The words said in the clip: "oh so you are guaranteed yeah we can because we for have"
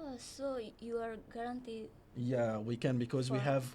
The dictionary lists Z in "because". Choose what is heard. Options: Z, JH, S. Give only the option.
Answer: Z